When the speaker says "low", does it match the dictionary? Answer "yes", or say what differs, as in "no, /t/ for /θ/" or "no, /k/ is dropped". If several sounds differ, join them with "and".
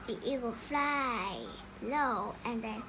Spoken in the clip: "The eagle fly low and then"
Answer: yes